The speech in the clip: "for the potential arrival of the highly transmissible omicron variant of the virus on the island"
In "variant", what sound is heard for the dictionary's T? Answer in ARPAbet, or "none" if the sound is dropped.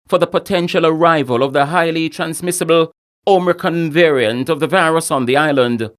T